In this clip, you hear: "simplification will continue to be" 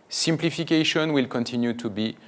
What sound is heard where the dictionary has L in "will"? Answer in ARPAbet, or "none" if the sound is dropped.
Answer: L